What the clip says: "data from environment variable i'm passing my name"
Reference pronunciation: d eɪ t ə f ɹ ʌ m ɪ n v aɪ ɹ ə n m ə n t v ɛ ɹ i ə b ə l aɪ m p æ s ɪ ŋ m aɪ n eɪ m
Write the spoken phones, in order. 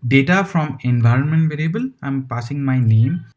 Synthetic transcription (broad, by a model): d eɪ t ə f ɹ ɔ m ɪ n v aɪ ɹ ə n m ə n t v ɛ ɹ i ə b ə l aɪ m p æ s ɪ ŋ m aɪ n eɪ m